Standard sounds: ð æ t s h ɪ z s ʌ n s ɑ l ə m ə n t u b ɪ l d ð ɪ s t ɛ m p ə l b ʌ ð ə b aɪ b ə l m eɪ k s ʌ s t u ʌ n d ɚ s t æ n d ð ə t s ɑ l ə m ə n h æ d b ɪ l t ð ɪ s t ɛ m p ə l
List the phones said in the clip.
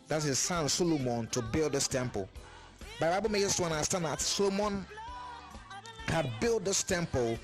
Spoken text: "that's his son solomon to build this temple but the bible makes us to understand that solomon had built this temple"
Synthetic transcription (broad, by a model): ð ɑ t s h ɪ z s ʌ n s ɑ l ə m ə n t u b ɪ l d ð ɪ s t ɛ m p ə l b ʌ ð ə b aɪ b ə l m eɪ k ʌ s t u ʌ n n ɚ s t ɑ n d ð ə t s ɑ l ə m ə n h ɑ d b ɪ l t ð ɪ s t ɛ m p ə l